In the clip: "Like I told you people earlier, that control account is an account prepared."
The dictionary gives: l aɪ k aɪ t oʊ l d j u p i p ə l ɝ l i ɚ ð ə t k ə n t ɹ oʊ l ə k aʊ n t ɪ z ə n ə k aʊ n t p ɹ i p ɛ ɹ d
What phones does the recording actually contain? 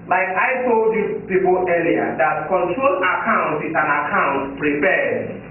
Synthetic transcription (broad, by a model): l aɪ k aɪ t oʊ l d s p i p ə l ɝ i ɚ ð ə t k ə n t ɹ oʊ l ə k aʊ n t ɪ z ə n ə k aʊ n t p ɹ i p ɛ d